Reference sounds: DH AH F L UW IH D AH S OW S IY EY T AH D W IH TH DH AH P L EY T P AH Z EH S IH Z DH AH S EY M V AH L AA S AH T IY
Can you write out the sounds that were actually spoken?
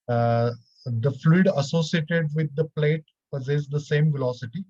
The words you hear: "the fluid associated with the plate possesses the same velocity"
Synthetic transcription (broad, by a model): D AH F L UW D AH S OW S IY EY T AH D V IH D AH P L EY T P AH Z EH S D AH S EY M V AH L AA S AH T IY